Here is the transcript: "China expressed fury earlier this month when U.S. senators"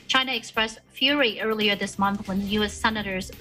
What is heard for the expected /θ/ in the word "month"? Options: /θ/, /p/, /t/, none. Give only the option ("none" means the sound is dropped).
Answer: /θ/